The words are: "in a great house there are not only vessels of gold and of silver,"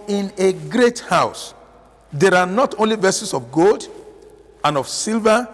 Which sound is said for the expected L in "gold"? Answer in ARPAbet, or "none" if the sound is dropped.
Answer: L